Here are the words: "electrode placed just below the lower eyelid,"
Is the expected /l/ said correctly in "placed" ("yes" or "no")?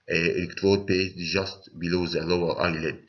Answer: no